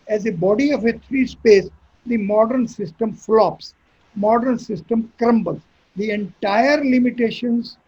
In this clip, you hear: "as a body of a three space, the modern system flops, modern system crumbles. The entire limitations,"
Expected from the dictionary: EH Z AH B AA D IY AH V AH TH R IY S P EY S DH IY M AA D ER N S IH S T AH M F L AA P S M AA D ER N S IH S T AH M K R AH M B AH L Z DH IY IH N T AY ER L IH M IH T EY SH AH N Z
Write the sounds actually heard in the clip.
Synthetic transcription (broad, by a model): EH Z AH B AA D IY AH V AH T R IY S P EY S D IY M AA D ER N S IH S T AH M F L AA P S M AA D ER N S IH S T AH M K R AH M B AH L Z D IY IH N T AY ER L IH M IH T EY SH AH N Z